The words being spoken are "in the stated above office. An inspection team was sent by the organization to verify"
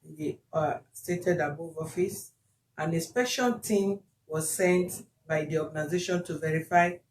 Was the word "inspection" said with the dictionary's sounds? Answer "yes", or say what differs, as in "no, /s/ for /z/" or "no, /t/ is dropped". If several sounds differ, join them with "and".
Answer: no, /n/ is dropped and /k/ is dropped and /l/ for /n/